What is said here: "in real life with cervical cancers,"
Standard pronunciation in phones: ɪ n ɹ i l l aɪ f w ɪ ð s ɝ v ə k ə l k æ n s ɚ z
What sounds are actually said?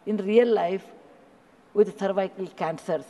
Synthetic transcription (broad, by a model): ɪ n ɹ i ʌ l aɪ f w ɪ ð θ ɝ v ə k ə l k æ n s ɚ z